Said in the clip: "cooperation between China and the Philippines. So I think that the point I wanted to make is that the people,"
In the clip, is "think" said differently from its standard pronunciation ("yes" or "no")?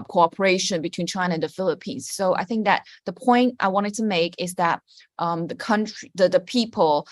no